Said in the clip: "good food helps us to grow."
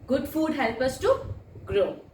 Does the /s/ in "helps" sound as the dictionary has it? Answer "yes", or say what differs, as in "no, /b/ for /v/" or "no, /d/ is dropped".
no, /s/ is dropped